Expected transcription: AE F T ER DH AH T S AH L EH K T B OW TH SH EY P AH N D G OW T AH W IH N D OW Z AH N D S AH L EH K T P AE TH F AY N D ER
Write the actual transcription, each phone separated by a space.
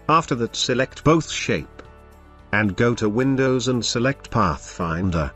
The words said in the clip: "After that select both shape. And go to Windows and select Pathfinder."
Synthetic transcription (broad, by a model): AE F T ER DH AH T S AH L EH K T B OW TH SH EY P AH N G OW T AH W IH N D OW Z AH N S AH L EH K T P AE TH F AY N D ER